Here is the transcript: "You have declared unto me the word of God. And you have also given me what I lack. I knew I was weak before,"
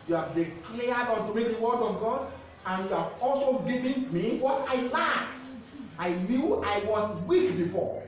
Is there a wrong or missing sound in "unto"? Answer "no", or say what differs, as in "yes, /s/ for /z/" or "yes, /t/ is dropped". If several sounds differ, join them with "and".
yes, /n/ is dropped